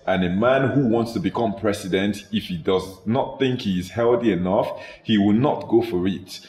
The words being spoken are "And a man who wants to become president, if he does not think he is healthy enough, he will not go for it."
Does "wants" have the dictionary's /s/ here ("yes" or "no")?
yes